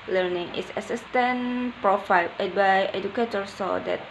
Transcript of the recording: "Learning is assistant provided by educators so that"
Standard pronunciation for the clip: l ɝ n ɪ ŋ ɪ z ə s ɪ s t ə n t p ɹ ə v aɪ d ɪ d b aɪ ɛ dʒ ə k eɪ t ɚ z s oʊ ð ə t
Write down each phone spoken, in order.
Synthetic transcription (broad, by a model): l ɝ n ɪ ŋ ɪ s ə s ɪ s t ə n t p ɹ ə f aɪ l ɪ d b aɪ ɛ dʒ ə k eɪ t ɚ s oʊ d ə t